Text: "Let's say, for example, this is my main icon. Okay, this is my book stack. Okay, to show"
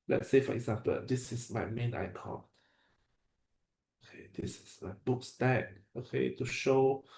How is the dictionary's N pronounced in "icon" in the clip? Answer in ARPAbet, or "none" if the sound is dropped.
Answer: none